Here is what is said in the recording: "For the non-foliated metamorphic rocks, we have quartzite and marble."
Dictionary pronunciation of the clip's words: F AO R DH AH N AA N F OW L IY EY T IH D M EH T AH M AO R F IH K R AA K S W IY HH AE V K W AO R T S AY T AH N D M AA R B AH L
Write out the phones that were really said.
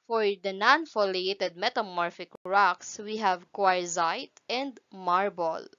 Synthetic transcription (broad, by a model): F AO R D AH N AA N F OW L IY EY T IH D M EH T AH M AO R F IH K R AA K S W IY HH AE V K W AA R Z AY T AH N D M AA R B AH L